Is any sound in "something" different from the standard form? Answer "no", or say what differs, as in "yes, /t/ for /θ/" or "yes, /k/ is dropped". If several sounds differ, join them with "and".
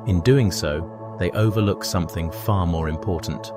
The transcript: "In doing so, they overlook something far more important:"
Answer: no